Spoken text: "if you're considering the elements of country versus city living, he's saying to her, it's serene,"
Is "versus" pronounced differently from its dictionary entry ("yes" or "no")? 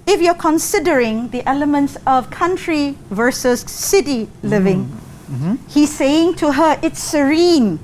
no